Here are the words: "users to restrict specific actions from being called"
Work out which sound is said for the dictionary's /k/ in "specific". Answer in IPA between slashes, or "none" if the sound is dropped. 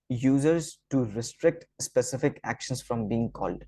/k/